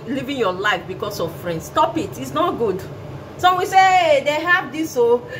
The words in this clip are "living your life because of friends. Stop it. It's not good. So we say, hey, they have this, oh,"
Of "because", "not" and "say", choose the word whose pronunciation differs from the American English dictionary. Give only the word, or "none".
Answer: because